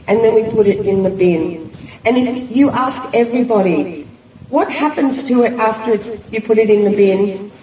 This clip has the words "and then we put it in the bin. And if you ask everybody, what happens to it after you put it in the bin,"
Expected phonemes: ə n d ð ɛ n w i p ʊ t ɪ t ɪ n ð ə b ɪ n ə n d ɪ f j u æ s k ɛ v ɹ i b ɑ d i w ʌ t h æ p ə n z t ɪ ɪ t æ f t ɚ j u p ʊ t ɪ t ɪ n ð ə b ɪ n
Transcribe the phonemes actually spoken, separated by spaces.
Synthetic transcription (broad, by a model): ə n ð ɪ n w i p ʊ t ɪ t ɪ n ð ə b ɪ n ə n ɪ f j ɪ æ s k ɛ v ɹ i b ɑ d i w ʌ t h æ p ə n z t ɪ ɪ t æ f t ɚ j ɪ p ʊ t ɪ t ɪ n ð ə b ɪ n